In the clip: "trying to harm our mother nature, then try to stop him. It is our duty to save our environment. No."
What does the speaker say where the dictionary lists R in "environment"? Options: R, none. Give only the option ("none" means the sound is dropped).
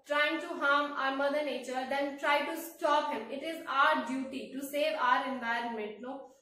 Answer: R